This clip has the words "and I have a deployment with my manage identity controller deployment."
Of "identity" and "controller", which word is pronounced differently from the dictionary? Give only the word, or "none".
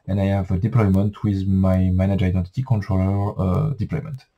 none